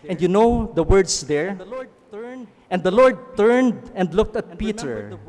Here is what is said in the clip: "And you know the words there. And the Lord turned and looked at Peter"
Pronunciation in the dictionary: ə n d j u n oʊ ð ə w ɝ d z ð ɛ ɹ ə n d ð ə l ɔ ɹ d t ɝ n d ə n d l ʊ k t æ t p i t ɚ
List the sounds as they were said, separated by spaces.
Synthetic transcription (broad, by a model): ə n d j u n oʊ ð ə w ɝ d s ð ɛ ɹ ə n d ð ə l ɔ ɹ d t ɝ n d ə n d l ʊ k t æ t p i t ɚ